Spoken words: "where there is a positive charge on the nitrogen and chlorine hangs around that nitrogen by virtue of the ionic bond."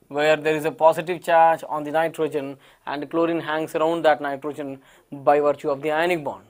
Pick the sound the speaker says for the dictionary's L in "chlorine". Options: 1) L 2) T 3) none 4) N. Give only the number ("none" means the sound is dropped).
1